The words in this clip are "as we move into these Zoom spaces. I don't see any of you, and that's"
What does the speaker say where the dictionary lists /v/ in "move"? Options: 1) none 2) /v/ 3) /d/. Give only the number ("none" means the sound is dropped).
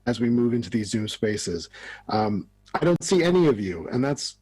2